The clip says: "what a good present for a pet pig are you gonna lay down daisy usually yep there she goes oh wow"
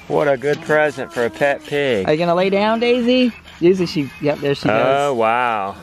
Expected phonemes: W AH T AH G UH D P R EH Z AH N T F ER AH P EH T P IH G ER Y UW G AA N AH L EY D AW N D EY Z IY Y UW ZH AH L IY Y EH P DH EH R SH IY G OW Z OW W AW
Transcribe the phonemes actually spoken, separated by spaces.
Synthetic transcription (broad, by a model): W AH T AH G UH D P R EH Z AH N T F ER AH P EH T P IH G ER Y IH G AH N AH L EY D AW N D EY Z IY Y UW Z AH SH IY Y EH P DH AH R SH IY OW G OW W AW